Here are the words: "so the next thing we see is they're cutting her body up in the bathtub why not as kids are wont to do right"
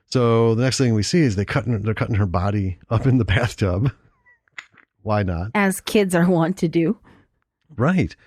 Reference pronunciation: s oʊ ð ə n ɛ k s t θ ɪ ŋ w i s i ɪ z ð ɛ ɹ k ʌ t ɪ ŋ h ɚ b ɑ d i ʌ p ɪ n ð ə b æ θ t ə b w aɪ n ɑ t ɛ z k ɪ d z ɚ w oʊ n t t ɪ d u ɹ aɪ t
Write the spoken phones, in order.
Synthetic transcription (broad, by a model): s oʊ ð ə n ɛ k s t θ ɪ ŋ w i s i ɪ z ð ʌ ɹ k ʌ t ɪ ŋ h ɚ b ɑ d i ʌ p ɪ n ð ə b æ θ t ə b w aɪ n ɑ t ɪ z k ɪ d z ɚ w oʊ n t t ɪ d u ɹ aɪ t